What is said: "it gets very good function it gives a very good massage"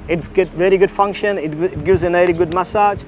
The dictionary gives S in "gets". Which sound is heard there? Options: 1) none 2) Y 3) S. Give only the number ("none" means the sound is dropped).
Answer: 1